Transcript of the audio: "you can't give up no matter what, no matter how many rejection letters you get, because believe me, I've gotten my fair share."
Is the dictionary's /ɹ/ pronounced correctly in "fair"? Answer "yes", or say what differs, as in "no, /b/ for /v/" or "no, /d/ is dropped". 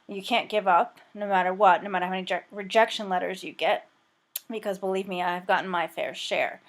yes